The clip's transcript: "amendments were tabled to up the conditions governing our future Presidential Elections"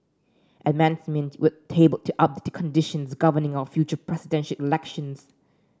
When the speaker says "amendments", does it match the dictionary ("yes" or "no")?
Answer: no